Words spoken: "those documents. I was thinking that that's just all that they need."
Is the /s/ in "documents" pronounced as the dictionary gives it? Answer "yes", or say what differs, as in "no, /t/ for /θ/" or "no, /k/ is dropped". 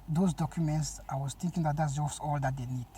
yes